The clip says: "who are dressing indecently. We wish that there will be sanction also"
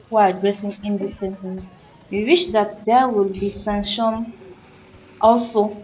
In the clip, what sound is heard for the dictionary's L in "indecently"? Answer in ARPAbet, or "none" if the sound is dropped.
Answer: none